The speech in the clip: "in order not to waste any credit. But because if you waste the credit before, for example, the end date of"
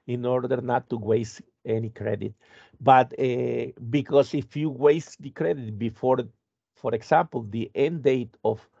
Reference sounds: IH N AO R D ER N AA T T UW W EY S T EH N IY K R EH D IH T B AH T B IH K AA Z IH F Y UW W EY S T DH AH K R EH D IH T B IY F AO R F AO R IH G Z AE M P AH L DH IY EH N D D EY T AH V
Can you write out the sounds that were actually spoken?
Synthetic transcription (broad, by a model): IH N AO R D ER N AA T T UW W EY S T EH N IY K R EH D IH T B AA T B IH K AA S IH F Y UW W EY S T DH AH K R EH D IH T B IY F AO R F AO R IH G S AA M P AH L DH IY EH N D D EY T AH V